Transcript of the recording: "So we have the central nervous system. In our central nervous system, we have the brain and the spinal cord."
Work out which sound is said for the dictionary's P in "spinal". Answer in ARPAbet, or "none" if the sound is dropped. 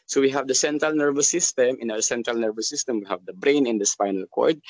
F